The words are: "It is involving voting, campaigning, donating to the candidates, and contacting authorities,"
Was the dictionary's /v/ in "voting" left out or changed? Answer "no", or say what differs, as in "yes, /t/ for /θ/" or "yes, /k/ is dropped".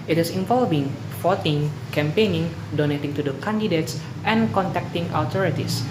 yes, /f/ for /v/